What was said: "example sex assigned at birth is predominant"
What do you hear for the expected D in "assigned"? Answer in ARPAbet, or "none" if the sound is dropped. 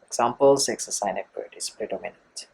none